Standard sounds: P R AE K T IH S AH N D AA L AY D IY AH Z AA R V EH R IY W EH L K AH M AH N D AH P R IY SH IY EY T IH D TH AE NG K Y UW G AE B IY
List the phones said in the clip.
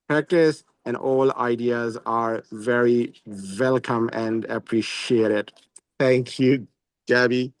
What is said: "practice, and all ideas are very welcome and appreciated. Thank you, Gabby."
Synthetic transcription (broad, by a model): P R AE K T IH S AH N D AA L AY D IY AH Z AA R V EH R IY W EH L K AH M AH N D AH P R IY SH IY EY T IH D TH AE NG K Y UW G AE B IY